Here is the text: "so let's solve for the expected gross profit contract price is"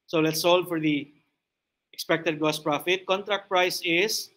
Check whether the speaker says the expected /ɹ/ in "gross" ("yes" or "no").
no